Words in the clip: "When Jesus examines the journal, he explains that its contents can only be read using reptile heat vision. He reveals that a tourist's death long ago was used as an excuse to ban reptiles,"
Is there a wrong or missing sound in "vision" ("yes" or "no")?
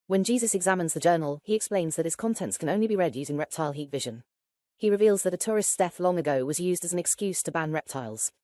no